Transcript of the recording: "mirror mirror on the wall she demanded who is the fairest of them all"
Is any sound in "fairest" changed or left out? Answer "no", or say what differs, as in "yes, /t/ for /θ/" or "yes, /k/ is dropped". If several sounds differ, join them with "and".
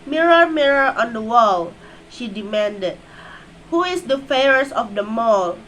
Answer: yes, /ɹ/ is dropped and /t/ is dropped